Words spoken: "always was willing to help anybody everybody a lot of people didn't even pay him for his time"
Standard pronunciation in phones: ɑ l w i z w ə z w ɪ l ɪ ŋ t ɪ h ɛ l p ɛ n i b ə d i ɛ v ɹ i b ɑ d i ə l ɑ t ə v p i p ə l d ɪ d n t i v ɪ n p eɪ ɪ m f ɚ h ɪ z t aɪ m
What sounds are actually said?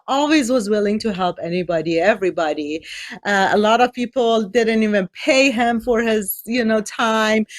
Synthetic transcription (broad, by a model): ɑ l w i z w ə z w ɪ l ɪ ŋ t ɪ h ɛ l p ɛ n i b ə d i ɛ v ɹ i b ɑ d i ə l ɑ t ə v p i p l d ɪ d n t i v ɪ n p eɪ ɪ m f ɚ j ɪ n t aɪ m